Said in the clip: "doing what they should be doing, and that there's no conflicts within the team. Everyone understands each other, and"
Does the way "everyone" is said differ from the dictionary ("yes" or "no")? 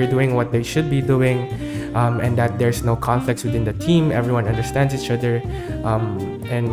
no